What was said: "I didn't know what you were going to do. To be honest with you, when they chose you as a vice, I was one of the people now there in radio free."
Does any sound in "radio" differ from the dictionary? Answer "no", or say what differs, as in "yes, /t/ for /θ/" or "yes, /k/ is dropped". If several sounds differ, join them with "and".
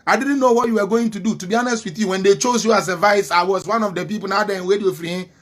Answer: yes, /w/ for /ɹ/